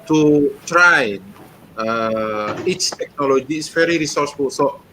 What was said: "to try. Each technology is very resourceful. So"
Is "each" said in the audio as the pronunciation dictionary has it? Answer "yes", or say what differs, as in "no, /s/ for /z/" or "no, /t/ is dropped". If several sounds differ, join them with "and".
no, /s/ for /tʃ/